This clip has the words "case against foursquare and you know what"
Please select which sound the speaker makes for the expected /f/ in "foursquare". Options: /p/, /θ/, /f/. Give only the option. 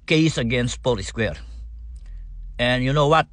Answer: /p/